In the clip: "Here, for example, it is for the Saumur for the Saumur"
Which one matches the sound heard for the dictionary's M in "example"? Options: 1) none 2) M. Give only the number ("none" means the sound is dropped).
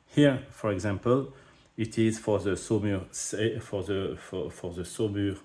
2